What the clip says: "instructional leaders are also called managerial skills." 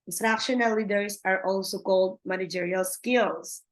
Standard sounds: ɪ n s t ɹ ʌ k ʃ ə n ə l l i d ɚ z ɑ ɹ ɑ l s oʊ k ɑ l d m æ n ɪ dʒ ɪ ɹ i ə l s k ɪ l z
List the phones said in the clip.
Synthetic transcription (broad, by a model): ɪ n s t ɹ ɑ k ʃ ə n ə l l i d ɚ s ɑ ɹ ɑ l s oʊ k ɑ l d m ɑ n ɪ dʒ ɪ ɹ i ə l s k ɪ l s